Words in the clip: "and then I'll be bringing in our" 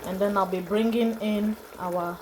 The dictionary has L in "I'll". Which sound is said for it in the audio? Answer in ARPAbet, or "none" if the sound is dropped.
L